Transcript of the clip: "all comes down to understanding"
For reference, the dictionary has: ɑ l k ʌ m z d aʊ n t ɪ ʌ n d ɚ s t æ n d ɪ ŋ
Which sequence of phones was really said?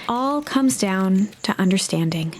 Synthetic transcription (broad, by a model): ɑ l k ʌ m z d aʊ n t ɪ ʌ n d ɚ s t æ n d ɪ ŋ